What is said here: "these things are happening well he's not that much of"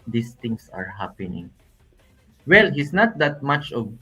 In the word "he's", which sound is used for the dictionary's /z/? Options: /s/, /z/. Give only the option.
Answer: /s/